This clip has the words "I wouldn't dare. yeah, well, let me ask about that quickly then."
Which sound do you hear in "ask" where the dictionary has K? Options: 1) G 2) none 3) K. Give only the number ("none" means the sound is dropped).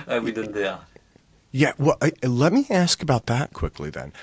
3